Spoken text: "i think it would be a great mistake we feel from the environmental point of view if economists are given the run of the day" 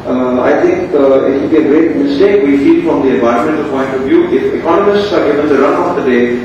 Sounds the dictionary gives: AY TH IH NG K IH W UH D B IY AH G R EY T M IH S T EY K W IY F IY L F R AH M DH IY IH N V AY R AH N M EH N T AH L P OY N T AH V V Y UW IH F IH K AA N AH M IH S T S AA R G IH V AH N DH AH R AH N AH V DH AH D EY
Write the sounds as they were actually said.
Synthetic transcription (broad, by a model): AY T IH NG K IH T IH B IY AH G R EY T M IH S T EY K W IY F IY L F R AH M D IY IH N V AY AH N M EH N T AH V P OY N T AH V V Y UW IH F IH K AA N AH M IH S T S AA R G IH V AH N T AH R AH N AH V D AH D EY